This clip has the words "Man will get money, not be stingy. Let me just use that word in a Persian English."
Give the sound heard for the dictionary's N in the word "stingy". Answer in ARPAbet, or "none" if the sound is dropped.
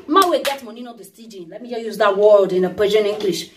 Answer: none